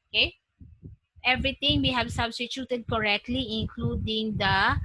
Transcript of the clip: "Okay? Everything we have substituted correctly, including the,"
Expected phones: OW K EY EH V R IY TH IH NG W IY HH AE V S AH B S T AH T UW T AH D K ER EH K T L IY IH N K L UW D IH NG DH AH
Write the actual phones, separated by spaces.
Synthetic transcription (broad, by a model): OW K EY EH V R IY T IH NG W IY HH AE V S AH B S T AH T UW T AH D K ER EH K T L IY IH N K L UW D IH NG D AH